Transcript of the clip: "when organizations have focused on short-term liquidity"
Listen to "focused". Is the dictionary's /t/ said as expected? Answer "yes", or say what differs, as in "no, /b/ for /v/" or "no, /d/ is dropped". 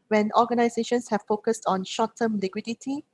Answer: yes